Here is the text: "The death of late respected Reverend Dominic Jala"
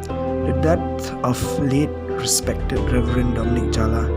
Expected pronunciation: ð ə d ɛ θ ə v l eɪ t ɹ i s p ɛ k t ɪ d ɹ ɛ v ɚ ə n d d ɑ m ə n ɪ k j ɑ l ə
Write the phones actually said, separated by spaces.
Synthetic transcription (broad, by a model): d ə d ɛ t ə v l eɪ t ɹ i s p ɛ k t ɪ d ɹ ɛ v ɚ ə n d d ɑ m ə n ɪ k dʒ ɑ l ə